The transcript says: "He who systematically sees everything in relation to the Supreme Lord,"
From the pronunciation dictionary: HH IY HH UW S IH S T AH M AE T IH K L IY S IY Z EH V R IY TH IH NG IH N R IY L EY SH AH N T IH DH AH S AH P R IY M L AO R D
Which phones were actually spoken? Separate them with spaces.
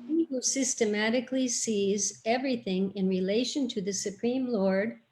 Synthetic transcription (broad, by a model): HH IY HH UW S IH S T AH M AE T IH K L IY S IY Z EH V R IY TH IH NG IH N R IY L EY SH AH N T IH DH AH S AH P R IY M L AO R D